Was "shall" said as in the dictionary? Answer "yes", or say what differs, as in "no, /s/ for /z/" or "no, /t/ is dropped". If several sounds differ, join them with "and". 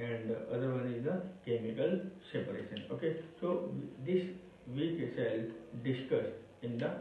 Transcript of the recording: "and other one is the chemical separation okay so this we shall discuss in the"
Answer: no, /s/ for /ʃ/